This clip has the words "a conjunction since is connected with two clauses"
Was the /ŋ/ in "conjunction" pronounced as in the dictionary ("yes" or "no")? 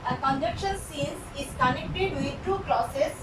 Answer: no